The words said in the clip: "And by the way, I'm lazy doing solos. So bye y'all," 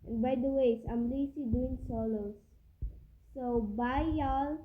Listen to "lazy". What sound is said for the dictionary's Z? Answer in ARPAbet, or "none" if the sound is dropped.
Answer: S